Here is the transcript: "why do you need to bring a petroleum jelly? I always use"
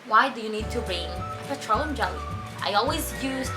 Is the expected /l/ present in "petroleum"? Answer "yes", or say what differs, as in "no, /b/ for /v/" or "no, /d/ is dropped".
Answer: no, /l/ is dropped